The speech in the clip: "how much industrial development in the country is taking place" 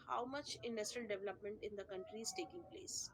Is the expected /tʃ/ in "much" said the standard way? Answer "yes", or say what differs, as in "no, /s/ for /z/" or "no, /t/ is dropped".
yes